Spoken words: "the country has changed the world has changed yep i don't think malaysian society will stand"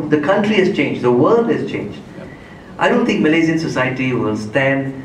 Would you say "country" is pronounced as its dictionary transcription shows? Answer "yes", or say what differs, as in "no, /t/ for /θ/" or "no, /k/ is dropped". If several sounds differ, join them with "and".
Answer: yes